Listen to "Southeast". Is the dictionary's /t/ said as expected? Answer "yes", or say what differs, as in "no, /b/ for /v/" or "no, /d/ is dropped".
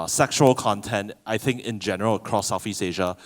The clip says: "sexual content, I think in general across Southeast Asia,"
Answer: no, /t/ is dropped